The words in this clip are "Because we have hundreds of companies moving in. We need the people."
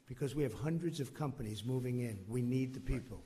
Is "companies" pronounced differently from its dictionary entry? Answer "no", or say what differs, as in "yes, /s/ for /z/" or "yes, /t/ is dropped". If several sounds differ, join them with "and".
no